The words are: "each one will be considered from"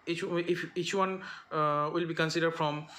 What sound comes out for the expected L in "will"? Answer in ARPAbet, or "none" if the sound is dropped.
L